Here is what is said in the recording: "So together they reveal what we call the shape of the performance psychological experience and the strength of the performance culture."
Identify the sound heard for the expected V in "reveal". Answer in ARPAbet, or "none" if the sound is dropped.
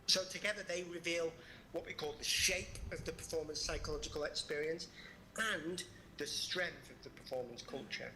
V